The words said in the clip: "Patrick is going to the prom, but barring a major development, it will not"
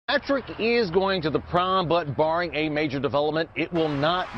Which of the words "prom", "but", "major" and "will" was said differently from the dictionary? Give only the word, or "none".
none